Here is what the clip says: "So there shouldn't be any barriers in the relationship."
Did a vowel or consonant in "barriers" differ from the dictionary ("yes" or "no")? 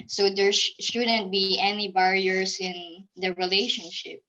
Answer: yes